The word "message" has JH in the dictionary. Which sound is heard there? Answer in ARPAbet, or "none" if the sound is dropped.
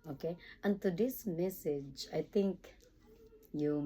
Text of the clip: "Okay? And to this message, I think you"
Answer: JH